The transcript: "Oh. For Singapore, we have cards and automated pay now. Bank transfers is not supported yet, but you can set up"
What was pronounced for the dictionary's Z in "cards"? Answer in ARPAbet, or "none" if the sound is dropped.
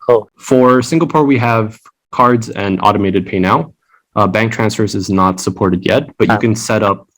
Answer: Z